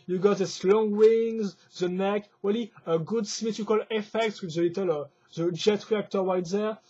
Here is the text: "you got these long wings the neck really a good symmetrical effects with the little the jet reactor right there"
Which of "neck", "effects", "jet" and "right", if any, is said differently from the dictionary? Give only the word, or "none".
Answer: right